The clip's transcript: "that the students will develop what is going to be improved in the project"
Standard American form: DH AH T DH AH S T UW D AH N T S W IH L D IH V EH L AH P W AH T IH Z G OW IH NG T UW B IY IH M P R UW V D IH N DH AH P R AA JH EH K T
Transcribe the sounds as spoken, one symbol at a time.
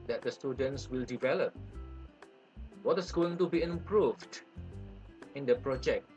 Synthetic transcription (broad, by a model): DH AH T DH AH S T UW D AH N T S W IH L D IH V EH L AH P W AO T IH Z G OW IH NG T UW B IY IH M P R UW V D IH N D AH P R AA JH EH K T